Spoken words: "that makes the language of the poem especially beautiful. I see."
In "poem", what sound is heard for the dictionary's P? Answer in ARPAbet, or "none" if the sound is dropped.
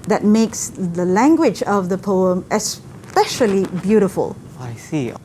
P